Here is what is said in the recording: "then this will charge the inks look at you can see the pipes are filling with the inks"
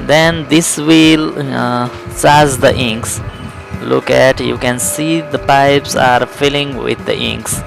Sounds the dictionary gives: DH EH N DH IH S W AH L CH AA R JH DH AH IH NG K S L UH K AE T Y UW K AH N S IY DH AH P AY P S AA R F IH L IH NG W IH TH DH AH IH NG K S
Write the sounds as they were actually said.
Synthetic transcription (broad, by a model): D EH N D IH S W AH L S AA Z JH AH IH NG K S L UH K AE T Y UW K AH N S IY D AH P AY P S AA R F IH L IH NG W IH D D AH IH NG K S